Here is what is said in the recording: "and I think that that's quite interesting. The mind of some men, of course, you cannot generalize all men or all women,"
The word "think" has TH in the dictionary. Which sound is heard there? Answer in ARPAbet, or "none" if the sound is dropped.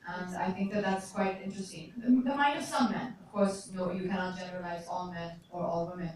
TH